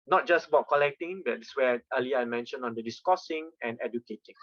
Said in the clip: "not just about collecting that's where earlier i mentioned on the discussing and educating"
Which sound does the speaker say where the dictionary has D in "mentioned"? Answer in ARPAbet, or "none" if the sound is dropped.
none